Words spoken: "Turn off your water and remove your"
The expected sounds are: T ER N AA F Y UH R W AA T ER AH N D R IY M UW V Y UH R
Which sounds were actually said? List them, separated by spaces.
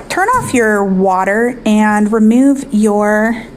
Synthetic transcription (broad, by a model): T ER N AA F Y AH R W AA T ER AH N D R IY M UW V Y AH R